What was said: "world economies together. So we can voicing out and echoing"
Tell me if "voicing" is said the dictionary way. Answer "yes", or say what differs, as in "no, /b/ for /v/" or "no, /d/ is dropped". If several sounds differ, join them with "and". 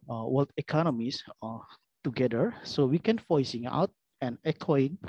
no, /f/ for /v/